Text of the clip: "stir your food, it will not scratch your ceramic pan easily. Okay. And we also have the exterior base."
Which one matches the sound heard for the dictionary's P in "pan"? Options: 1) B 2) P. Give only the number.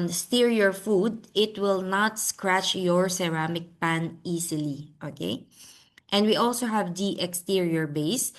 2